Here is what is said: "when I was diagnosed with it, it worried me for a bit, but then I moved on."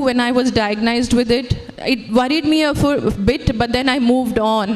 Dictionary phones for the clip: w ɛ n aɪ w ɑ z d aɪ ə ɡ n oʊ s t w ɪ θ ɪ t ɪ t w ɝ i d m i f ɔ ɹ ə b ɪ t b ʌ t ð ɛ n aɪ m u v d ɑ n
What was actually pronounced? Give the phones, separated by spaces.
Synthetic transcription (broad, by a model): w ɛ n aɪ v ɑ z d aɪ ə ɡ n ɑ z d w ɪ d ɪ t ɪ t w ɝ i d m i f ɔ ɹ b ɪ t b ʌ t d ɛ n aɪ m u v d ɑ n